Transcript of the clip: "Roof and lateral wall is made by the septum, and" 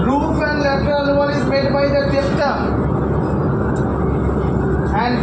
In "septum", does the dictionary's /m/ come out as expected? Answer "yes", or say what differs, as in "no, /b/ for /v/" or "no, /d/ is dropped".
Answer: no, /m/ is dropped